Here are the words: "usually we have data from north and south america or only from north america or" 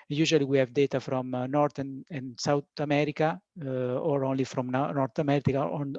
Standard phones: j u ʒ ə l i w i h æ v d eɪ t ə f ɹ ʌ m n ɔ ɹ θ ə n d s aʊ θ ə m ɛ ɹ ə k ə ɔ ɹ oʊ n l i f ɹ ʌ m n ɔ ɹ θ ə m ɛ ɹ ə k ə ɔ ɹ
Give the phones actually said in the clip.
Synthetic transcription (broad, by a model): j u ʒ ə l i w i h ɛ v d eɪ t ə f ɹ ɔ m n ɔ ɹ t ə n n s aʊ t ə m ɛ ɹ ə k ə ɔ ɹ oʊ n l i f ɹ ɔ m n ɔ ɹ t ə m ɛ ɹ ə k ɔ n